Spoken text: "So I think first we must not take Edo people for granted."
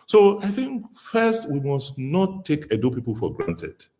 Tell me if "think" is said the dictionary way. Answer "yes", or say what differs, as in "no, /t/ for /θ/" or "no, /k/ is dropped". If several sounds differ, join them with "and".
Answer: yes